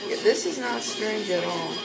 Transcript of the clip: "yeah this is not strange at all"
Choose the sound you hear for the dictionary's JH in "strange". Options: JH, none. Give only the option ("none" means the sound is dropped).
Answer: JH